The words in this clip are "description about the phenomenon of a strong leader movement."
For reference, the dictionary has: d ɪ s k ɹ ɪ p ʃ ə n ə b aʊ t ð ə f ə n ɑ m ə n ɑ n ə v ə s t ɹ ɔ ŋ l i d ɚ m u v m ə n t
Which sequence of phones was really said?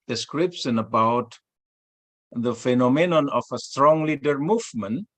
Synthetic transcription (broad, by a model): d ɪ s k ɹ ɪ p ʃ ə n ə b aʊ t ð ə f ə n ɑ m ə n ɑ n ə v ə s t ɹ ɔ ŋ l i d ɚ m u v m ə n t